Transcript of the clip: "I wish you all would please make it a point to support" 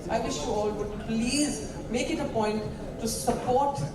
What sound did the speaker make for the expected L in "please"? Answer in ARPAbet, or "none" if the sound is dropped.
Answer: L